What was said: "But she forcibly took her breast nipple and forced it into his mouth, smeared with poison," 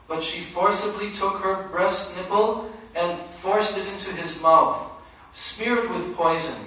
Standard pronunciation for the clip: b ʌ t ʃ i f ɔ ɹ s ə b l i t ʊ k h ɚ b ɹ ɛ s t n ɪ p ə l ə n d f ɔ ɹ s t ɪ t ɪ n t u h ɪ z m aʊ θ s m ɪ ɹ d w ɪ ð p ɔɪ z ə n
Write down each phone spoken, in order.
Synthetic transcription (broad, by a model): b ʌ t ʃ i f ɔ ɹ s ə b l i t ʊ k h ɚ b ɹ ɛ s t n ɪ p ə l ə n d f ɔ ɹ s t ɪ t ɪ n t u ɪ z m aʊ θ s m ɪ ɹ d w ɪ ð p ɔɪ z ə n